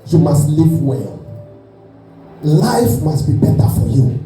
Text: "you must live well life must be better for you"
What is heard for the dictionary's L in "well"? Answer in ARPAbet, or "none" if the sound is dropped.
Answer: L